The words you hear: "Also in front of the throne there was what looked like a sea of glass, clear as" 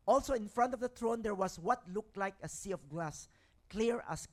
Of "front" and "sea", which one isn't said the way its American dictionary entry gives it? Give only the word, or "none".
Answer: none